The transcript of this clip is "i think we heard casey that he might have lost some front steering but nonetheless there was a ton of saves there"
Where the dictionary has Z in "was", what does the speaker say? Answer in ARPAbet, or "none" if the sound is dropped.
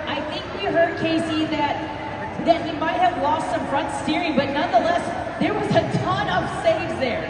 Z